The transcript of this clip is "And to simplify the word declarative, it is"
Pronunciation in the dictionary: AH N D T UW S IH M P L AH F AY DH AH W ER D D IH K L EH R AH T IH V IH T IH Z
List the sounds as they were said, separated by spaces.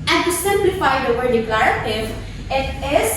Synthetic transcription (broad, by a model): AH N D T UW S IH M P L AH F AY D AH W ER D D IH K L EH R AH T IH V IH T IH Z